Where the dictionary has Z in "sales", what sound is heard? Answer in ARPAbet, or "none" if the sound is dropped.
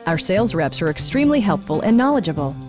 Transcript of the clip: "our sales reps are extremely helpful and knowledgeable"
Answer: Z